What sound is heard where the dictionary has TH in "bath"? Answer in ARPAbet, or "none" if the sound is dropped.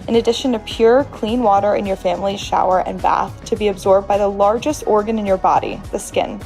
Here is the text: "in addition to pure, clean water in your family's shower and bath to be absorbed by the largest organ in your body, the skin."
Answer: TH